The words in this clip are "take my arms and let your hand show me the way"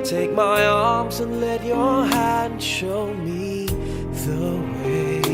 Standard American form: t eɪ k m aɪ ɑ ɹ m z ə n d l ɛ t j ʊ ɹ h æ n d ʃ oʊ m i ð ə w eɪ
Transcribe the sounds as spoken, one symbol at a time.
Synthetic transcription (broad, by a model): t eɪ k m aɪ ɑ ɹ m z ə n l ɛ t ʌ ɹ h æ n d ʃ oʊ m i ð ə w eɪ